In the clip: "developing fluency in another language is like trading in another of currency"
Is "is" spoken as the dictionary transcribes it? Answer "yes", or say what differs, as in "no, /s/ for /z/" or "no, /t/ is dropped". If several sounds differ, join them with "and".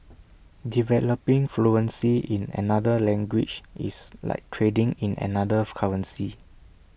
no, /s/ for /z/